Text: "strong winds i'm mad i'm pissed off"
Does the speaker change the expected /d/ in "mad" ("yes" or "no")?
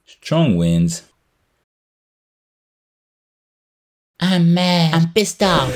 yes